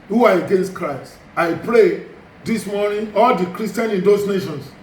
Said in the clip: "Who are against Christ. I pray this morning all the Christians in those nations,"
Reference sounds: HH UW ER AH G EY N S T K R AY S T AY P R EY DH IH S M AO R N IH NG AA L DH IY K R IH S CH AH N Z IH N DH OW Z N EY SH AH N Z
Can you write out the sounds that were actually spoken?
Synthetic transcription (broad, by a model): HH UW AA AH G EY N S T K R AY S T AY P R EY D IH S M AO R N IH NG AA L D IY K R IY S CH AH N IH N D OW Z N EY SH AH N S